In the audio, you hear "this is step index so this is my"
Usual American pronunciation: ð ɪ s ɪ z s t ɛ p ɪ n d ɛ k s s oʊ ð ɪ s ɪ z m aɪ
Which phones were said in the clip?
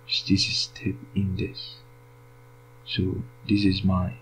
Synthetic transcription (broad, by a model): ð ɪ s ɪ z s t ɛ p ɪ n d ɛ s s oʊ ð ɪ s ɪ z m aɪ